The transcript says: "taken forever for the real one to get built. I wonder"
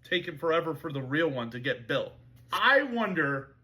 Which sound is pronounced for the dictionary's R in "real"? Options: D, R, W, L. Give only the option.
R